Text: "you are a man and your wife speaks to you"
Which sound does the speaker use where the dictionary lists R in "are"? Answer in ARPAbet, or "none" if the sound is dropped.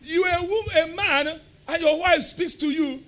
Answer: W